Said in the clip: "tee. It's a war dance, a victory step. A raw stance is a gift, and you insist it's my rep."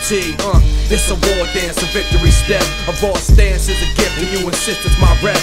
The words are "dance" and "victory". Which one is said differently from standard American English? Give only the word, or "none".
none